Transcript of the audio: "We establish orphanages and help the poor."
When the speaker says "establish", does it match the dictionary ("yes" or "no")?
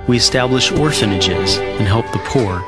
yes